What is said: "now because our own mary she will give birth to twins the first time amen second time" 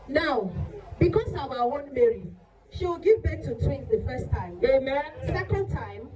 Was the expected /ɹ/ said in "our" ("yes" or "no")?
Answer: no